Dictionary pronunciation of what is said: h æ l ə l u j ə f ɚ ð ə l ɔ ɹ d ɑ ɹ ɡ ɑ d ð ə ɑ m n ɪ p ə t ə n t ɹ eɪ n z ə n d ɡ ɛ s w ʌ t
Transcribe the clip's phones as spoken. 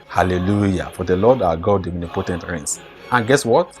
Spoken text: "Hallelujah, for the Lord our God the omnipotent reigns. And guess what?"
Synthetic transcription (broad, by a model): h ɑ l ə l u j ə f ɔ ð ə l ɔ d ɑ ɡ ɑ d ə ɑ n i p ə t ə n t ɹ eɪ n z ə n ɡ ɛ s w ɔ t